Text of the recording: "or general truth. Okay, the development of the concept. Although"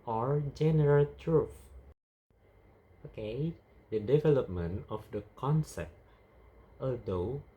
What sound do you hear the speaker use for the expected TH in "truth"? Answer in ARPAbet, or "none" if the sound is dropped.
F